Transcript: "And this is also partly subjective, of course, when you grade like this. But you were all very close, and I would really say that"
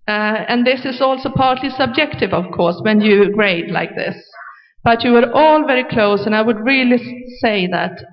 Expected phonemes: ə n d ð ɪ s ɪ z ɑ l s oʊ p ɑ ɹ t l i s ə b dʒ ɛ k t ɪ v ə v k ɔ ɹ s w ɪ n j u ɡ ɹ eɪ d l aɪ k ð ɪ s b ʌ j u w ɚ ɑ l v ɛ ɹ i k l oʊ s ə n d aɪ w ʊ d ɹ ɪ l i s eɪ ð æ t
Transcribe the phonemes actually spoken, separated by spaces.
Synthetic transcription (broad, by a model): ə n ð ɪ s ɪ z ɑ l s oʊ p ɑ ɹ t l i s ə b dʒ ɛ k t ɪ v ə v k ɔ ɹ s w ɪ n j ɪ ɡ ɹ eɪ d l aɪ k ð ɪ s b ʌ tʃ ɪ w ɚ ɑ l v ɛ ɹ i k l oʊ s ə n aɪ w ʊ d ɹ ɪ l i s eɪ ð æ t